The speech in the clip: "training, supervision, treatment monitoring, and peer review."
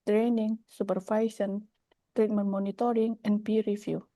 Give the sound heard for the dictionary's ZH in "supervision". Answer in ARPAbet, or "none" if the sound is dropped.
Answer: S